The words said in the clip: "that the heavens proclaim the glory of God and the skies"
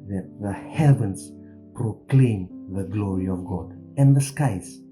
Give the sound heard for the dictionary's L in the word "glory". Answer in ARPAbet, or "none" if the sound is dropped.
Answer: L